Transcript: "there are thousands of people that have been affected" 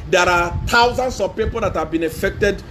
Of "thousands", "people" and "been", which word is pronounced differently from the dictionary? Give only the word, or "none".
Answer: thousands